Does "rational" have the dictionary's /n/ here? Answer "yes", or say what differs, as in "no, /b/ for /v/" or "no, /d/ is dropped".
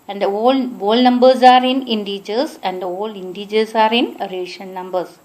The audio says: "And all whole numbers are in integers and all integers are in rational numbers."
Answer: no, /n/ is dropped